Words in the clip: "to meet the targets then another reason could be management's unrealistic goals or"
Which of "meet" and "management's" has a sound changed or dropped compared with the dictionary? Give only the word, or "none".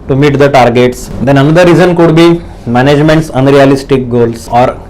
none